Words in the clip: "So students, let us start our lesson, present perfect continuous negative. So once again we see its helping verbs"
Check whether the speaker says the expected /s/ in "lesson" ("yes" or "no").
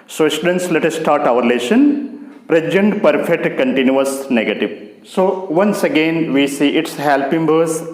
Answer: no